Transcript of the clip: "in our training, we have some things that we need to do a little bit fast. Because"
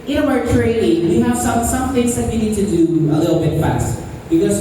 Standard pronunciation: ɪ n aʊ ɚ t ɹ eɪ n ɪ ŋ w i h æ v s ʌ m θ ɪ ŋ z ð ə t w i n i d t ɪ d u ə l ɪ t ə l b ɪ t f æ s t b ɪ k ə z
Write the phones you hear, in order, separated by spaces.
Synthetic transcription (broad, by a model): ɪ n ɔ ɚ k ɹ eɪ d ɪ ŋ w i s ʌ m s ʌ m θ ɪ ŋ z ð ə t w i n i d t ɪ d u ə l ɪ t l b ɪ t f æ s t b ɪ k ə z